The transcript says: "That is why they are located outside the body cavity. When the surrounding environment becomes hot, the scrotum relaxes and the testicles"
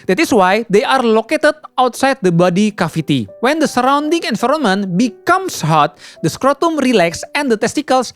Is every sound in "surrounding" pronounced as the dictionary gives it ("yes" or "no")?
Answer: yes